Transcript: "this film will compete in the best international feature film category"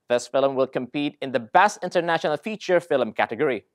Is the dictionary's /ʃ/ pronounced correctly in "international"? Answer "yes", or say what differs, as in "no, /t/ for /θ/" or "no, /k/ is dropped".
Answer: yes